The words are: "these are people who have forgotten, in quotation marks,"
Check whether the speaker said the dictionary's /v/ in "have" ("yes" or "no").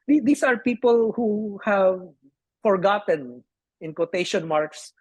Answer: yes